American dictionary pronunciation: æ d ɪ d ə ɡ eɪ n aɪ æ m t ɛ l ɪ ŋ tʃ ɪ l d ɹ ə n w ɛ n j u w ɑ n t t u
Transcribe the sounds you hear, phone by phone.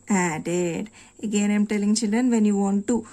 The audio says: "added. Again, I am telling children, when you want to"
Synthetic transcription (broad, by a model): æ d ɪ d ə ɡ eɪ n aɪ m t ɛ l ɪ ŋ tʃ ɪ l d ə n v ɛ n j u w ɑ n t t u